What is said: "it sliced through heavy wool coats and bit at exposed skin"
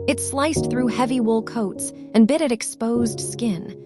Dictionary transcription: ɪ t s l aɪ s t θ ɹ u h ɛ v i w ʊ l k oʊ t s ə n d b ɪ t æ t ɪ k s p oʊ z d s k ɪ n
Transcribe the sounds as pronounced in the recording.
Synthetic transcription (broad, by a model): ɪ t s l aɪ s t θ ɹ u h ɛ v i w ʊ l k oʊ t s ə n b ɪ t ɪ t ɪ k s p oʊ z d s k ɪ n